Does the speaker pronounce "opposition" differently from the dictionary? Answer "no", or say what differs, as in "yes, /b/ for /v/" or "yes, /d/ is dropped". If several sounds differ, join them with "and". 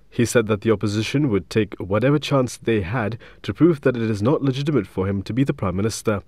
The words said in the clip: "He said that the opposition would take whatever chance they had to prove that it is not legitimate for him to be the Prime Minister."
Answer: no